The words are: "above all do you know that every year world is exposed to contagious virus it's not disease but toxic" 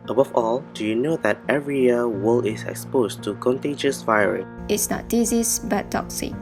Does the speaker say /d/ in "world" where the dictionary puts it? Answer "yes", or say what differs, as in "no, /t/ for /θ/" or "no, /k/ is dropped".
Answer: no, /d/ is dropped